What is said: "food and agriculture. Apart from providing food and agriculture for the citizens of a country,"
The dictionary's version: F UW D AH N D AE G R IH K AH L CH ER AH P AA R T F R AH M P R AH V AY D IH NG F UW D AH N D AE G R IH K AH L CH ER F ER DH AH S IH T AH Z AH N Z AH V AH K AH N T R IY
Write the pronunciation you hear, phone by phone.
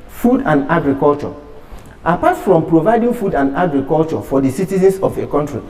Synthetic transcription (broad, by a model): F UW D AH N D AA G R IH K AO L CH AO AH P AA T F R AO M P R AH V AY D IH NG F UW D AH N D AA G R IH K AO L CH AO F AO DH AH S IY T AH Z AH N S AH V AH K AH N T R IY